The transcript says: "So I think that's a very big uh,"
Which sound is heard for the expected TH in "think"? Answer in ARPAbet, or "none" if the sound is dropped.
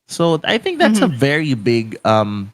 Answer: TH